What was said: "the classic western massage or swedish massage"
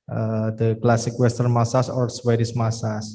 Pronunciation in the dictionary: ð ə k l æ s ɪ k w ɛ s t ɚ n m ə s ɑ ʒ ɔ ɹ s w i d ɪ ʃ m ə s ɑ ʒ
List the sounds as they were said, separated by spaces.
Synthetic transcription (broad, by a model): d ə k l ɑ s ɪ k w ɛ s t ɚ n m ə s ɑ s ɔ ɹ s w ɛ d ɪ s m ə s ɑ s